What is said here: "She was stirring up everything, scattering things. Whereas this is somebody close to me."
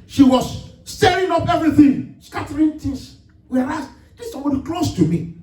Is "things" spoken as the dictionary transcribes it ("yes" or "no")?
no